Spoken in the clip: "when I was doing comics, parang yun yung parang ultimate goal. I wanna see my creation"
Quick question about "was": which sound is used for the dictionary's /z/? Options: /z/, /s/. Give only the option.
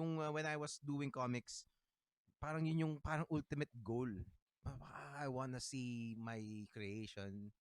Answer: /s/